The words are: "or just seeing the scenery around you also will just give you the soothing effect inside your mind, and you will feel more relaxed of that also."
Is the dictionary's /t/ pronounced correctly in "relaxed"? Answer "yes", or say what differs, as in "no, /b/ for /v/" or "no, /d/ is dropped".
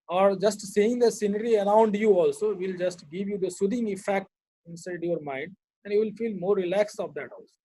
no, /t/ is dropped